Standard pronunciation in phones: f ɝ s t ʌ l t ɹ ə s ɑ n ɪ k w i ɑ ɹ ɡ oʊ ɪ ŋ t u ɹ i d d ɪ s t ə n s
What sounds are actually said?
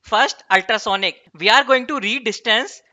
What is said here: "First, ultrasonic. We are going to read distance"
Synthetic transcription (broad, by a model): f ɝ s t ʌ l t ɹ ə s ɑ n ɪ k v i ɑ ɹ ɡ oʊ ɪ ŋ t u ɹ i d d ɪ s t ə n s